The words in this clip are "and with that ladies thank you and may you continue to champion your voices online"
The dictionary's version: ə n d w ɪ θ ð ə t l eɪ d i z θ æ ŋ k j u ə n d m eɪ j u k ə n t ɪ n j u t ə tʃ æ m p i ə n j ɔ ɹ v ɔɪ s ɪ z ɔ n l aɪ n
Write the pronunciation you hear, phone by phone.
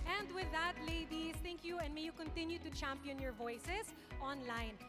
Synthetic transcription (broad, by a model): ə n d w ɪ ð ə t l eɪ d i s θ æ ŋ k j u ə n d m eɪ j u k ə n t ɪ n j u t ə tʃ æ m p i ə n j ɔ ɹ v ɔɪ s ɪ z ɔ n l aɪ n